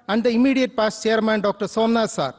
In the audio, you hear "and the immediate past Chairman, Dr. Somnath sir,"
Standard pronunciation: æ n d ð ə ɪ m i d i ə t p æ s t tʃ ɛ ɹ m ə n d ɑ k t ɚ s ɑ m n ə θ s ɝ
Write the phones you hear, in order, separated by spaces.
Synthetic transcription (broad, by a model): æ n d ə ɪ m i d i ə t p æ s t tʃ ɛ ɹ m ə n d ɑ k t ɚ s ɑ m n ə s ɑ